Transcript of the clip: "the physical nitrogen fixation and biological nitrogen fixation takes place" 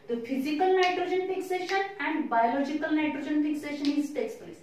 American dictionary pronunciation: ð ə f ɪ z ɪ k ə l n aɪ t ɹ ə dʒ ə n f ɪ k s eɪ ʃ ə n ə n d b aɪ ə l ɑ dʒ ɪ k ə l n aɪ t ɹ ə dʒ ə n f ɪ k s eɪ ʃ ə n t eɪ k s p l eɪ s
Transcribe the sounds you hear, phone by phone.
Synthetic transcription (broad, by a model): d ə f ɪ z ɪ k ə l n aɪ t ɹ ə dʒ ə n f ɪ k s eɪ ʃ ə n ə n d b aɪ ə l ɑ dʒ ɪ k ə l n aɪ t ɹ ə dʒ ə n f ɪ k s eɪ ʃ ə n t eɪ k s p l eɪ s